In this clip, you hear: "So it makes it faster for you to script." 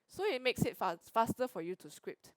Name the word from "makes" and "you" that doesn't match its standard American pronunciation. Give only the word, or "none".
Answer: none